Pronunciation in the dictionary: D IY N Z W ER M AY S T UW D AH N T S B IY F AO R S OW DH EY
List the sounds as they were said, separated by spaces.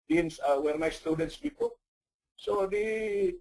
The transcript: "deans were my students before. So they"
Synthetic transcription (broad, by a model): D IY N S W ER M AY S T UW D AH N T S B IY P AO S OW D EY